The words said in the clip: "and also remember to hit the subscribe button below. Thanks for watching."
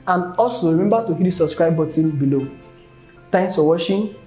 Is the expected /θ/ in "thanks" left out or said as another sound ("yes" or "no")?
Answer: yes